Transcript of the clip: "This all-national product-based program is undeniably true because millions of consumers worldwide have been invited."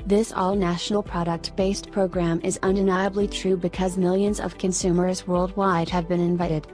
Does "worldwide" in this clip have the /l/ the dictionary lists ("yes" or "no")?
yes